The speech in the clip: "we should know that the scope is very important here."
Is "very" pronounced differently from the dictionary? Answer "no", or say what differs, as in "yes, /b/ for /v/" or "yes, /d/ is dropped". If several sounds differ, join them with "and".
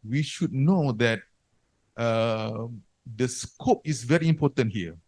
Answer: no